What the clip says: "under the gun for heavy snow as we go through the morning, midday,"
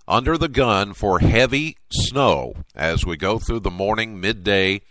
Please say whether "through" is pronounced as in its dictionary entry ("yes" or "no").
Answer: yes